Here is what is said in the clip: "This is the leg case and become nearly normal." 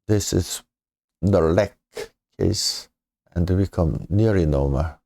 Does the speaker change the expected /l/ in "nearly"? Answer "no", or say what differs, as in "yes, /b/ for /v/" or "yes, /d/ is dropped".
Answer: yes, /l/ is dropped